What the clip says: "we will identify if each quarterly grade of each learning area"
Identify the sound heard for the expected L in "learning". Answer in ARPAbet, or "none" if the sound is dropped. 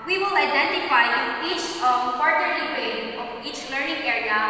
L